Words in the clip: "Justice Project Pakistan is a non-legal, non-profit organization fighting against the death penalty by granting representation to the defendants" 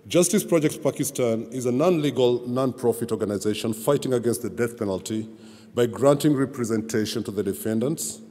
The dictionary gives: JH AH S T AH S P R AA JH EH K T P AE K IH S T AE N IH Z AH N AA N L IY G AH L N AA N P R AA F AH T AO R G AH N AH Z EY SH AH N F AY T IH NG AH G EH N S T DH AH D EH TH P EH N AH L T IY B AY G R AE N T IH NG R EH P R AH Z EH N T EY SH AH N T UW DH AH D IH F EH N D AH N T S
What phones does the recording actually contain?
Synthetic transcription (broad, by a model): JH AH S T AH S P R AA JH EH K T P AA K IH S T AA N IH Z AH N AA N L IY G AH L N AA N P R AA F AH T AO R G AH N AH Z EY SH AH N F AY T IH NG AH G EH N S T DH AH D EH TH P EH N AH L T IY B AY G R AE N T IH NG R EH P R AH Z EH N T EY SH AH N T UW DH AH D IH F EH N D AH N T S